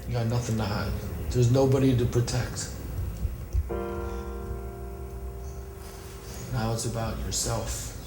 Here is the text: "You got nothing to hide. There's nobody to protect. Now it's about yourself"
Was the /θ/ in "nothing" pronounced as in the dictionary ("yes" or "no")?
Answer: yes